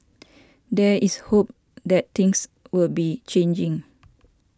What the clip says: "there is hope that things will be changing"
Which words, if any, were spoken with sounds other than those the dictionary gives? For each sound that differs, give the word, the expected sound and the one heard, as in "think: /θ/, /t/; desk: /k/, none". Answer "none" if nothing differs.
is: /z/, /s/; things: /θ/, /t/; things: /z/, /s/